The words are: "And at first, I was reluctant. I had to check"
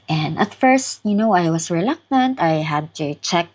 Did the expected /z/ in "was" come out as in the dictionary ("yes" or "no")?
no